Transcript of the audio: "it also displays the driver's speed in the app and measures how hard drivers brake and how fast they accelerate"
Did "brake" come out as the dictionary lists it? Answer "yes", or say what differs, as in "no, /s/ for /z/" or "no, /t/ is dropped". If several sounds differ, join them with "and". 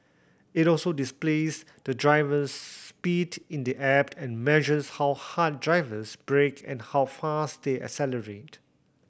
yes